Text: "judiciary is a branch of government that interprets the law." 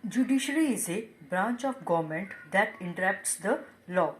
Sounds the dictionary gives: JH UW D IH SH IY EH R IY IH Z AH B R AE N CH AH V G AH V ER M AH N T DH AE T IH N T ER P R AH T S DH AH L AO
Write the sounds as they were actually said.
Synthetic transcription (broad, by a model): JH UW D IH SH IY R IY IH Z AH B R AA N CH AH F G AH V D M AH N T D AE T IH N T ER R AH T S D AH L AO